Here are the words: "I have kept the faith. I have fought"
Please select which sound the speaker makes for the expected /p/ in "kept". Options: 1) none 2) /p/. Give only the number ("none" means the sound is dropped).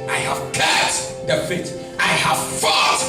1